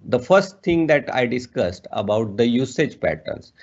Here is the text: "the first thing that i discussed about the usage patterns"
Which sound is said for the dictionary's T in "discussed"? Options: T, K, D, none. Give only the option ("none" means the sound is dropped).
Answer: T